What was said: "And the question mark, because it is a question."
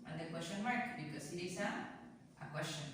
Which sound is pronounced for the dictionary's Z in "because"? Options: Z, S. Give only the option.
S